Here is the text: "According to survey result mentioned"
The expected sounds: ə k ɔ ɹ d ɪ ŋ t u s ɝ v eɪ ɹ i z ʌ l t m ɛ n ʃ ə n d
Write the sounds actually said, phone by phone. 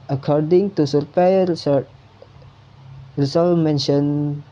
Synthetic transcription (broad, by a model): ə k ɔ ɹ d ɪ ŋ t u s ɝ p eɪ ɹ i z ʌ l m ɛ n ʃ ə n